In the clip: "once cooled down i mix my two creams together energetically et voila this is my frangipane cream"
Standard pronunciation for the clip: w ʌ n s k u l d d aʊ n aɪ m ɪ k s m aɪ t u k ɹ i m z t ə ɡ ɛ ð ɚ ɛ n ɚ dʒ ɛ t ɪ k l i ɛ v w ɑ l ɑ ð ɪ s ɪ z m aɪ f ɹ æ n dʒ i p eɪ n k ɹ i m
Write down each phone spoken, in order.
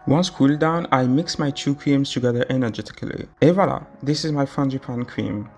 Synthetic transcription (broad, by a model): w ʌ n s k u l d d aʊ n aɪ m ɪ k s m aɪ t u k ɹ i m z t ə ɡ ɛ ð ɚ ɛ n ɚ dʒ ɛ t ɪ k l i ɛ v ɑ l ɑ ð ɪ s ɪ z m aɪ f ɹ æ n dʒ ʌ p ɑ n k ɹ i m